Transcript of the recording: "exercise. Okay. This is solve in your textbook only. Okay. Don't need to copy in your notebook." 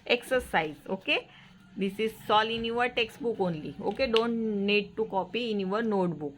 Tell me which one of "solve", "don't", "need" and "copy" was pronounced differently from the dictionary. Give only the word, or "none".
solve